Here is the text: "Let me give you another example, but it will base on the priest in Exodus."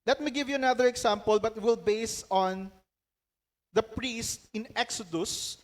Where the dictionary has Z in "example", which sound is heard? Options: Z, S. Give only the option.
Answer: S